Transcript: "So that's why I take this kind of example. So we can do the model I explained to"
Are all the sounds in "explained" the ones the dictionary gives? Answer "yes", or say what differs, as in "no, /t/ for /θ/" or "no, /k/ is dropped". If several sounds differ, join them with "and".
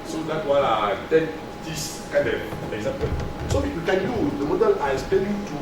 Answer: no, /k/ is dropped and /l/ is dropped